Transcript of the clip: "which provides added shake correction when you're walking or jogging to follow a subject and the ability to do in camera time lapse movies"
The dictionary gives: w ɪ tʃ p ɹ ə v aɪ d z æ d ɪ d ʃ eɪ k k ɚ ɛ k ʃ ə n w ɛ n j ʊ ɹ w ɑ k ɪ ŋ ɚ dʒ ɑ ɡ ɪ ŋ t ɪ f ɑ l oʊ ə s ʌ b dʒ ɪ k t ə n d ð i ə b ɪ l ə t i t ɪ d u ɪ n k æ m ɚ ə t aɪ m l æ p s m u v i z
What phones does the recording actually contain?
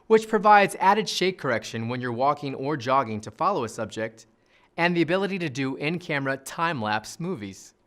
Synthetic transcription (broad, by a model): w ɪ tʃ p ɹ ə v aɪ d z æ d ɪ d ʃ eɪ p k ɚ ɛ k ʃ ə n w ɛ n j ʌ ɹ w ɑ k ɪ ŋ ɚ dʒ ɑ ɡ ɪ ŋ t ɪ f ɑ l oʊ ə s ʌ b dʒ ɪ k t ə n ð i ə b ɪ l ə t i t ɪ d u ɪ n k æ m ɚ ə t aɪ m l æ p s m u v i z